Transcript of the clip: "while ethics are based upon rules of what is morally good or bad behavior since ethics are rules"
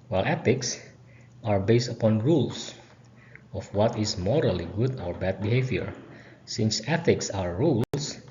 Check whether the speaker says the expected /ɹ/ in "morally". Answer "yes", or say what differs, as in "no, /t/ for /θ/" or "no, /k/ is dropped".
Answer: yes